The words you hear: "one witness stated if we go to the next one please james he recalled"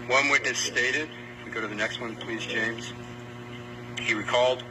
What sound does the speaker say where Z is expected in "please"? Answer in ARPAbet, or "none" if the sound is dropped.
Z